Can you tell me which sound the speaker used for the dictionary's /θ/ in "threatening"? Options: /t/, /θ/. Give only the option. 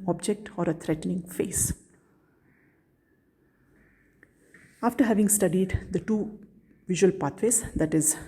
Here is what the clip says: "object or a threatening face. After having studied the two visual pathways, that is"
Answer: /t/